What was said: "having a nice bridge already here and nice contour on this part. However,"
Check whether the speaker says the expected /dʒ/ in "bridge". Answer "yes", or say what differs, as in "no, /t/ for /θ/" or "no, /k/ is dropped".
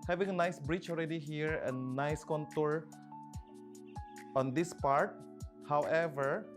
no, /tʃ/ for /dʒ/